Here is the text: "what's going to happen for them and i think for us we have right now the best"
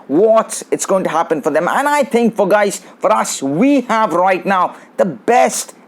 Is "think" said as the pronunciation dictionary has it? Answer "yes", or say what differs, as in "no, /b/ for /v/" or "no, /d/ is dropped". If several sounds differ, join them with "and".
yes